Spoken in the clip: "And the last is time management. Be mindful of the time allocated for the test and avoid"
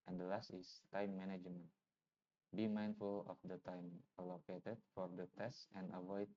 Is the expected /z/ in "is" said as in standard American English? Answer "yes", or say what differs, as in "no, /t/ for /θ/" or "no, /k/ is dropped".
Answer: no, /s/ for /z/